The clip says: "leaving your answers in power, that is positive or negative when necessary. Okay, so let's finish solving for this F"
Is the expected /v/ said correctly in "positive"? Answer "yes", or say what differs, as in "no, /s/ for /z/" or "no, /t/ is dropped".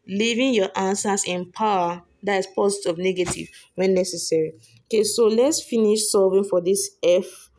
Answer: no, /v/ is dropped